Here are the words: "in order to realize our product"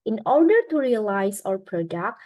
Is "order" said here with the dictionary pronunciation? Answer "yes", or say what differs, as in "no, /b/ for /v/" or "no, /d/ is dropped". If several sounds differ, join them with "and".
yes